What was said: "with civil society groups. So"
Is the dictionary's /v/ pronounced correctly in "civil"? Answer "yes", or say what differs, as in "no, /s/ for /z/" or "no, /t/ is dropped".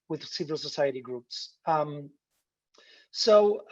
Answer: yes